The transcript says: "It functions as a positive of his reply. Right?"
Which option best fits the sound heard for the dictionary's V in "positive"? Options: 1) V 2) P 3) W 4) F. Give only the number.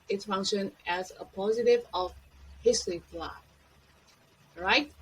1